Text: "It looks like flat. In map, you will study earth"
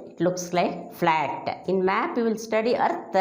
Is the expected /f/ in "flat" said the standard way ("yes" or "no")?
yes